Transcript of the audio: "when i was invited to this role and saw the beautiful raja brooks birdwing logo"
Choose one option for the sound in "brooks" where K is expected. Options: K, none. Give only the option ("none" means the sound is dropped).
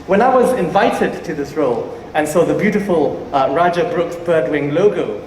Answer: K